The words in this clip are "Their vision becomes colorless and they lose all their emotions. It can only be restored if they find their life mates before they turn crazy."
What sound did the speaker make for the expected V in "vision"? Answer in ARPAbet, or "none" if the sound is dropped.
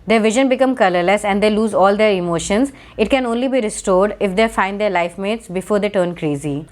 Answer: V